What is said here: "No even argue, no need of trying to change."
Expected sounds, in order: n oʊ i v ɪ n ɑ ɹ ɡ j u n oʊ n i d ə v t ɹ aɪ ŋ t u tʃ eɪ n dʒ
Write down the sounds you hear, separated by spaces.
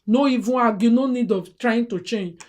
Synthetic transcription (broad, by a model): n oʊ i v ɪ ɑ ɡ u n oʊ n i d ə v t ɹ aɪ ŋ t u tʃ eɪ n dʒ